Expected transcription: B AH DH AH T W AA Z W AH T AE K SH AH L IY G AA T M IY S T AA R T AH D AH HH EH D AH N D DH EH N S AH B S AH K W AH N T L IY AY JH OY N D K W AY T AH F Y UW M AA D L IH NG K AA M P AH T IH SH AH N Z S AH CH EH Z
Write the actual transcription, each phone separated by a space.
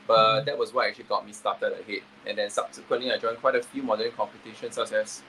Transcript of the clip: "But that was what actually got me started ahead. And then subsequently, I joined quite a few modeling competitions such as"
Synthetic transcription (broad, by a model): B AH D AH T W AA S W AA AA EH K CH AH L IY G AA T M IY S T AA T AH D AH HH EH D AH N D EH N S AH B S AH K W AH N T L IY AY JH OY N K W AY T AH F Y UW M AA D IH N K AA M P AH T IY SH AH N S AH S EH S